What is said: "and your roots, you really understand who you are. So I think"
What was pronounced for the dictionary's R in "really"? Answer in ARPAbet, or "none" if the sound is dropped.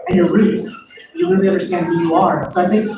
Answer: W